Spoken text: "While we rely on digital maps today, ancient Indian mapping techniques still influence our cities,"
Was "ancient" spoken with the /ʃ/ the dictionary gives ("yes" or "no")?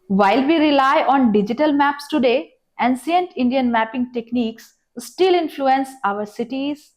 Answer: no